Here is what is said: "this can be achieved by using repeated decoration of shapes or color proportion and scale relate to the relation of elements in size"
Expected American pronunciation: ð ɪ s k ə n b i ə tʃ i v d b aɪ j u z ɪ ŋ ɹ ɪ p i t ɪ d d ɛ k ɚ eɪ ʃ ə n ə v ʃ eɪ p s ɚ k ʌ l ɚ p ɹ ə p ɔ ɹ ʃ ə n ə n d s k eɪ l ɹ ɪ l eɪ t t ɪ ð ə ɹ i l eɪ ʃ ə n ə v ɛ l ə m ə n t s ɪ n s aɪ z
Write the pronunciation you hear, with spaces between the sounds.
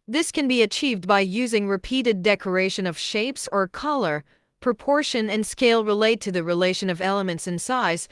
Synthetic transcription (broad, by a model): ð ɪ s k ə n b i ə tʃ i v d b aɪ j u z ɪ ŋ ɹ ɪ p i t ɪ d d ɛ k ɚ eɪ ʃ ə n ə v ʃ eɪ p s ɚ k ʌ l ɚ p ɹ ə p ɔ ɹ ʃ ə n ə n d s k eɪ l ɹ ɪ l eɪ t t ɪ ð ə ɹ i l eɪ ʃ ə n ə v ɛ l ə m ə n t s ɪ n s aɪ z